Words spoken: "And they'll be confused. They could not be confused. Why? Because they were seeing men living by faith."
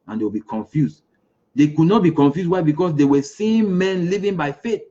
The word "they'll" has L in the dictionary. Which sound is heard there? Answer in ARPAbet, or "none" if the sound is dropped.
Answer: W